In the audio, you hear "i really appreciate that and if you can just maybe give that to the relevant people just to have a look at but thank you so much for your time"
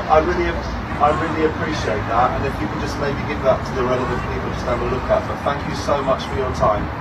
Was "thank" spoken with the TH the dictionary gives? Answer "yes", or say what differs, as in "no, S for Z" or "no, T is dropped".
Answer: yes